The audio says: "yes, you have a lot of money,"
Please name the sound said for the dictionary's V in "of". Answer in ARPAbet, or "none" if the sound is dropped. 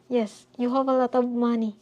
B